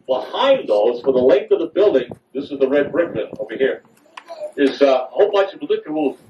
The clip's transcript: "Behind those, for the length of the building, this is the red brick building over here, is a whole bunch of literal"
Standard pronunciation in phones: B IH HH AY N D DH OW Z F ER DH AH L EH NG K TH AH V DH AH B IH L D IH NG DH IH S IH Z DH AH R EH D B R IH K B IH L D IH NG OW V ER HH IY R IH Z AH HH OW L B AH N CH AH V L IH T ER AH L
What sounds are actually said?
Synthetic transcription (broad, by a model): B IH HH AY N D DH OW Z F ER DH AH L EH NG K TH AH V DH AH B IH L D IH NG DH IH S IH Z DH AH R EH D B R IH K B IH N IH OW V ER HH IY R IH Z AH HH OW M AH CH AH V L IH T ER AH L